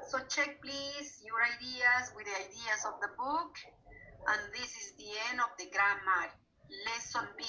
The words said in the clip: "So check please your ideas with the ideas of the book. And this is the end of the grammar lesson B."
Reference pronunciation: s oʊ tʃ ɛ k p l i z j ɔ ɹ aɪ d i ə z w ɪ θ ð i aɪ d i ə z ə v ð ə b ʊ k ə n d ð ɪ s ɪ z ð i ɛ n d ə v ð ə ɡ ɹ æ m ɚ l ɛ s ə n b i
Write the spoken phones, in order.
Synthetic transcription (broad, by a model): s oʊ tʃ ɛ k p l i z j ɔ ɹ aɪ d i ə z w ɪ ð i aɪ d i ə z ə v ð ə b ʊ k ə n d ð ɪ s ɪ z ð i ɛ n ə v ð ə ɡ ɹ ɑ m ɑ l ɛ s ə n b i